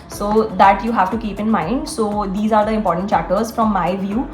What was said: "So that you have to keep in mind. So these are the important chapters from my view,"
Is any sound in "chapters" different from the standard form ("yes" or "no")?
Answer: yes